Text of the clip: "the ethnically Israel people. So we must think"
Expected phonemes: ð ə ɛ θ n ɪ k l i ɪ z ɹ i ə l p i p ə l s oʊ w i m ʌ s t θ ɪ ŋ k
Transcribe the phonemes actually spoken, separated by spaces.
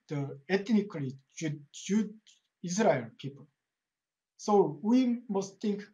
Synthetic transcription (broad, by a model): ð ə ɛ t n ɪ k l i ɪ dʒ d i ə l p i p ə l s oʊ w i m ʌ s t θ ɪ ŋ k